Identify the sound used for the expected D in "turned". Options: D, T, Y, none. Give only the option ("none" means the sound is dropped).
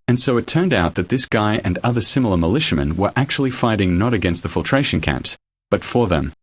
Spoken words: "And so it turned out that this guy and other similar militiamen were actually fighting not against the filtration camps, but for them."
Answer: D